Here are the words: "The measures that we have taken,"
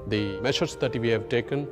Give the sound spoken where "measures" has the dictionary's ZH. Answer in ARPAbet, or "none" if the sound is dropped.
SH